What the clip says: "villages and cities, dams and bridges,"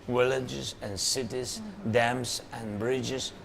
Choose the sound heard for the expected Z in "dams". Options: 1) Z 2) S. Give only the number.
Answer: 2